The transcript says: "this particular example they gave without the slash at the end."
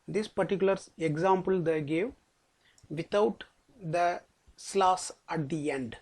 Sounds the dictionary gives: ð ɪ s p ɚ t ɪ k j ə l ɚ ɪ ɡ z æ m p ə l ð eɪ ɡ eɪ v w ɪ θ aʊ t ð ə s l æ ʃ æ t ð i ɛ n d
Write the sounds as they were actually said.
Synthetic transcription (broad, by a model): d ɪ s p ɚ t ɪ k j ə l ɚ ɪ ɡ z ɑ m p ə l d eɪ ɡ eɪ v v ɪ t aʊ t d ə s l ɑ s æ t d i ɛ n d